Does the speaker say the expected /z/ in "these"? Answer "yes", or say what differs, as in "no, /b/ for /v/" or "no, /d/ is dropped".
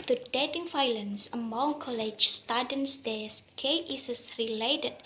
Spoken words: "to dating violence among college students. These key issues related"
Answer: no, /s/ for /z/